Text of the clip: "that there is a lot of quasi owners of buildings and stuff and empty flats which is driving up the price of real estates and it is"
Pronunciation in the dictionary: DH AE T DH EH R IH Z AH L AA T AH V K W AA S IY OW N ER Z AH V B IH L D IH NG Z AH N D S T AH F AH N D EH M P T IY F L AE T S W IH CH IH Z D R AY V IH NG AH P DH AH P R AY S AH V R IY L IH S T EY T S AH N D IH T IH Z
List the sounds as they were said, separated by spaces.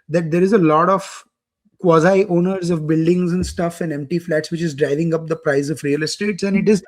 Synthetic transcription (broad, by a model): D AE T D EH R IH Z AH L AA T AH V K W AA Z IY OW N ER Z AH V B IH L D IH NG Z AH N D S T AH F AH N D EH M P T IY F L AE T S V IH CH IH Z D R AY V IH NG AH P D AH P R AY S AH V R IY L IH S T EY T S AH N D IH T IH Z